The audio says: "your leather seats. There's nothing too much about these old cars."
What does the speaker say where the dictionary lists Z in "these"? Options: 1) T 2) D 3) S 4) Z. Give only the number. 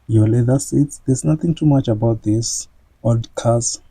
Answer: 3